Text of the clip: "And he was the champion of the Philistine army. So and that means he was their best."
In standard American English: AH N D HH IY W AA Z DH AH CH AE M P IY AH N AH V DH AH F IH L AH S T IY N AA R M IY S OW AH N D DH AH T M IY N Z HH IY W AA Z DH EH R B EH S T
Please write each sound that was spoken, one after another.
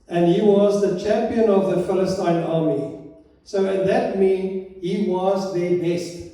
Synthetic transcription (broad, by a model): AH N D HH IY W AA Z DH AH CH AE M P IY AH N AH V DH AH F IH L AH S T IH N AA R M IY S OW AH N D DH AH T M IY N HH IY W AA Z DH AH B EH S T